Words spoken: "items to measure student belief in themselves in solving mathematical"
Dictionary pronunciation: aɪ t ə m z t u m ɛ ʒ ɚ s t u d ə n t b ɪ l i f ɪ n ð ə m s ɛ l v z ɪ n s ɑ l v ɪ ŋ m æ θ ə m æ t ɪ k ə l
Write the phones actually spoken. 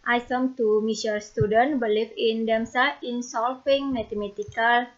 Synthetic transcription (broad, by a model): aɪ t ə m t u m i s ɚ s t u d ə n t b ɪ l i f ɪ n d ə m s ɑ ɪ n s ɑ l f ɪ ŋ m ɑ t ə m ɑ t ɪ k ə l